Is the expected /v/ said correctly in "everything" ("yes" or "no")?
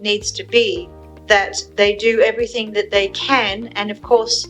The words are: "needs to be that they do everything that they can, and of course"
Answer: yes